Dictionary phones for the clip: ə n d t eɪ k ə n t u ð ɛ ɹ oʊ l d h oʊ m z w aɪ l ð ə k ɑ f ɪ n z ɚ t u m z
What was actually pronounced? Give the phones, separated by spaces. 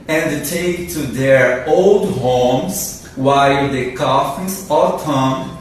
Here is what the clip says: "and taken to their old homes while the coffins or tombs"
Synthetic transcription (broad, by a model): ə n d t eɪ ə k t u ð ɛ ɹ oʊ l d h oʊ m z w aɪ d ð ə k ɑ f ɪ z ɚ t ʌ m